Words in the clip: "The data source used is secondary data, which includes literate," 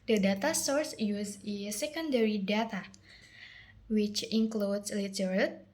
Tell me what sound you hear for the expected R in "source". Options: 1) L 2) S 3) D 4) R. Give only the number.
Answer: 4